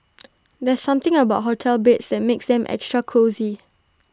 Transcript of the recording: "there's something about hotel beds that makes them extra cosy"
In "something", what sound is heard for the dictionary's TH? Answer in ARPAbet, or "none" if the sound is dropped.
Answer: T